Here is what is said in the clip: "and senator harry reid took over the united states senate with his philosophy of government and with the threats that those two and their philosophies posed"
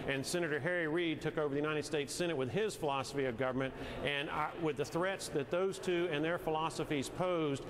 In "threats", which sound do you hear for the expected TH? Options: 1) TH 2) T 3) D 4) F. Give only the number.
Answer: 1